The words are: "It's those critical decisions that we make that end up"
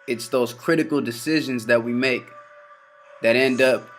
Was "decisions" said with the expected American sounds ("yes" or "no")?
yes